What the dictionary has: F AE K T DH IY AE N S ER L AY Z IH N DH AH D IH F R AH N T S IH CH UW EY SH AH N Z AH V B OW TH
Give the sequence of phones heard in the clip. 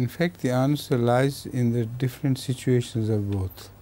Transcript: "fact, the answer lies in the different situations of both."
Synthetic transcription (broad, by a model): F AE K T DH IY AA N S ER L AY Z IH N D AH D IH F R AH N T S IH CH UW EY SH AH N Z AH V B OW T